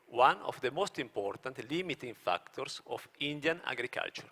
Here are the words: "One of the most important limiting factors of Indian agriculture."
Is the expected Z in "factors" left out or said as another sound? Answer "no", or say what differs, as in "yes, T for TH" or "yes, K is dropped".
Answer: yes, S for Z